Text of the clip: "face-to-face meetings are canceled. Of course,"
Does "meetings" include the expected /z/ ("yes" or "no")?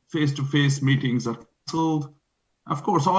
yes